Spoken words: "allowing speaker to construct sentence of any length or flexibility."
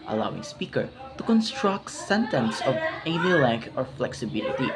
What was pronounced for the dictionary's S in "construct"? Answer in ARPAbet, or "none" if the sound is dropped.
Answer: S